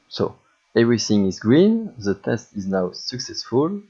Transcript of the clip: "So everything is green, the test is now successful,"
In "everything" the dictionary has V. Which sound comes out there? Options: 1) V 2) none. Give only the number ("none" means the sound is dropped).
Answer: 1